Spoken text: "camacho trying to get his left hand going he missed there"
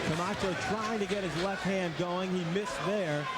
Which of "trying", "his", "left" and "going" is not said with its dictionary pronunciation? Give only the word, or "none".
none